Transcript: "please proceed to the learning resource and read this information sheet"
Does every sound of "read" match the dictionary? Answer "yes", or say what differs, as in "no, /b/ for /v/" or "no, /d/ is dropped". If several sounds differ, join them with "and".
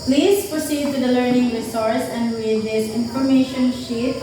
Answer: no, /w/ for /ɹ/